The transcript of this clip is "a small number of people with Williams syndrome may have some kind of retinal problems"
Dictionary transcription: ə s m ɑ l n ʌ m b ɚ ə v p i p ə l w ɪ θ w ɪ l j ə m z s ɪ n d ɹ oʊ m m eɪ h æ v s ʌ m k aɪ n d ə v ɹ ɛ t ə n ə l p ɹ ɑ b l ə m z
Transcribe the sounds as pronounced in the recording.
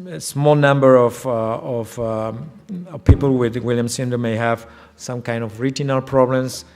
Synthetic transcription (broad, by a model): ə s m ɑ l n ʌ m b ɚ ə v p i p ə l w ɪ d w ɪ l j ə m s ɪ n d oʊ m m eɪ h æ v s ʌ m k aɪ n d ə v ɹ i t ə n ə l p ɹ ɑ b l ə m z